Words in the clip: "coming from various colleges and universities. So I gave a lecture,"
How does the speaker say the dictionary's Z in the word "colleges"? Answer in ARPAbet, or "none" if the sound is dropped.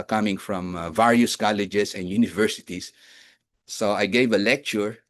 S